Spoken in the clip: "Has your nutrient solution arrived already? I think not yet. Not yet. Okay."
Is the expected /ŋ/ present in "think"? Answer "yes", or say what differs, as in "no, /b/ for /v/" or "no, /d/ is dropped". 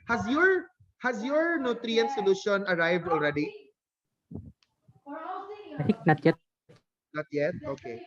no, /ŋ/ is dropped